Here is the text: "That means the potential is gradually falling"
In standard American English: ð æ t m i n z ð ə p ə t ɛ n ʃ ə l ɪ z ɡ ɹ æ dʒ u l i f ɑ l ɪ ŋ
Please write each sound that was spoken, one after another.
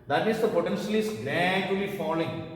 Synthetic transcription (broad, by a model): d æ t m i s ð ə p ə t ɛ n ʃ ə l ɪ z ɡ l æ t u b i f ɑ l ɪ ŋ